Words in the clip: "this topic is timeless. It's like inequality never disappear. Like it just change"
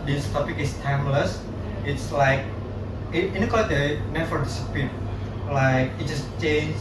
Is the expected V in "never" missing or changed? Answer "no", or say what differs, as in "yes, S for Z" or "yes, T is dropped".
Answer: yes, F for V